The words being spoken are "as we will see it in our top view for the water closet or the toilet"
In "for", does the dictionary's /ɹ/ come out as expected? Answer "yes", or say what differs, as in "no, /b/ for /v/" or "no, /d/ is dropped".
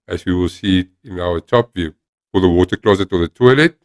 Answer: no, /l/ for /ɹ/